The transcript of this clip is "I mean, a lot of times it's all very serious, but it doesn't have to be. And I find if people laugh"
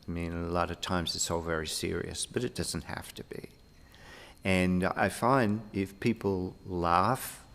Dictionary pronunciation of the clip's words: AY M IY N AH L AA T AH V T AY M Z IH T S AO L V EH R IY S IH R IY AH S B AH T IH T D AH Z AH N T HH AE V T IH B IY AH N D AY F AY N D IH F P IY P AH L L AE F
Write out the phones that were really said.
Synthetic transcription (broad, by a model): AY M IY N AH L AA T AH V T AY M Z IH T S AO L V EH R IY S IH R IY AH S B AH T IH T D AH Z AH N T HH AE F T IH B IY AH N AY F AY N D IH F P IY P L L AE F